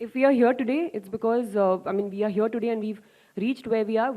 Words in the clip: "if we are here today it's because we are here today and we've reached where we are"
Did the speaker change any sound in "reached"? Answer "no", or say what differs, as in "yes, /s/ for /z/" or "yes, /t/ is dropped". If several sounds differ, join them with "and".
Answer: no